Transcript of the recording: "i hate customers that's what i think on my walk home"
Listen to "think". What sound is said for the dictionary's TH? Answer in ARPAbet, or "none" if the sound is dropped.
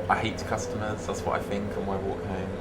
TH